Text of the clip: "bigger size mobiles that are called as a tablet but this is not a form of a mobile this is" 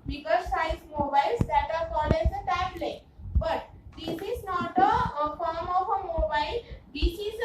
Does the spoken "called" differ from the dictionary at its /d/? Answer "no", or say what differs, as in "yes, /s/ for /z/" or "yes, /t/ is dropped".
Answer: yes, /d/ is dropped